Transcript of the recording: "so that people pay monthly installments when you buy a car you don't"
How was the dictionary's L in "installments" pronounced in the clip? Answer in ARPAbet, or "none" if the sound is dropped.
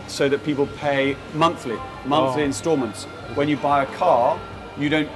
none